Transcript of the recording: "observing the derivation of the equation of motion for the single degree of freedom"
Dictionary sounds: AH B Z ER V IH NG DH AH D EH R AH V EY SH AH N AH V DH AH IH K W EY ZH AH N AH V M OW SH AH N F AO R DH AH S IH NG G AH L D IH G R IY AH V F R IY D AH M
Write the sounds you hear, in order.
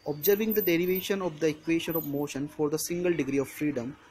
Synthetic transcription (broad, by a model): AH B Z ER V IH NG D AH D EH R AH V EY SH AH N AH V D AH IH K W EY SH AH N AH V M OW SH AH N F AO R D AH S IH NG G AH L D IH G R IY AH V F R IY D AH M